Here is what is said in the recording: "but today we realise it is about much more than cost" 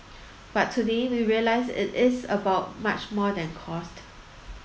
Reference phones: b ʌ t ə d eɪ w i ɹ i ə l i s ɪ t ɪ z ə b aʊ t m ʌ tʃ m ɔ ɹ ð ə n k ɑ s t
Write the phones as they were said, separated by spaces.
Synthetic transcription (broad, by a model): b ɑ t ə d eɪ w i ɹ i ə l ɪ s ɪ t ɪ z ə b aʊ t m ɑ tʃ m ɔ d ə n k ɑ s t